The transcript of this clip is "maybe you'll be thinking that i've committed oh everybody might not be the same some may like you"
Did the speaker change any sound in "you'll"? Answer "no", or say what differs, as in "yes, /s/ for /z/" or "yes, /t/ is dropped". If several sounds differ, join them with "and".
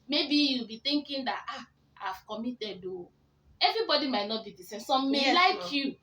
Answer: no